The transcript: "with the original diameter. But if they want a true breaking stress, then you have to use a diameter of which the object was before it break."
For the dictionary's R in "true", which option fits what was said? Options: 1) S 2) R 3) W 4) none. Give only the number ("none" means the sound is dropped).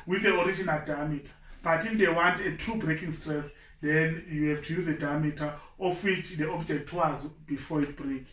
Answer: 4